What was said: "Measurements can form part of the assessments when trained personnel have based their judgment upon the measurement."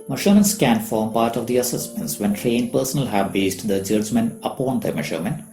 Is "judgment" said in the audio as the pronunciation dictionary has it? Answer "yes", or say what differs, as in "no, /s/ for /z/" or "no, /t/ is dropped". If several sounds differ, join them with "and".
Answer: no, /t/ is dropped